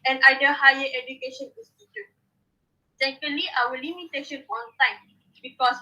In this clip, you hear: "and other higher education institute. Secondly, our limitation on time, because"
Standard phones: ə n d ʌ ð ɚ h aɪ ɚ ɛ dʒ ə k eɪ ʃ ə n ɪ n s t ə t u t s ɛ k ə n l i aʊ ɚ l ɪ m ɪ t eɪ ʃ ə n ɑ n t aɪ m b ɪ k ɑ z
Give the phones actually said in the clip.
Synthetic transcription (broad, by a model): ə n d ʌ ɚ h aɪ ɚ ɛ dʒ ə k eɪ ʃ ə n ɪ s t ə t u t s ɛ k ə l i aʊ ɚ l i m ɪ t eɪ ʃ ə n ɑ n t aɪ m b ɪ k ɑ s